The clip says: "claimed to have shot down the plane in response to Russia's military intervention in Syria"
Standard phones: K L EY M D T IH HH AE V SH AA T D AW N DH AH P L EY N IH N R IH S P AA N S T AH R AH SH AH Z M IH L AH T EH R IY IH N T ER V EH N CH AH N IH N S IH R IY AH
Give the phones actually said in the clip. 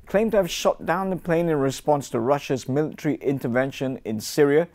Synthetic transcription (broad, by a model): K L EY M T IH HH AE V SH AA T D AW N DH AH P L EY N IH N R IH S P AA N S T AH R AH SH AH Z M IH L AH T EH R IY IH N T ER V EH N SH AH N IH N S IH R IY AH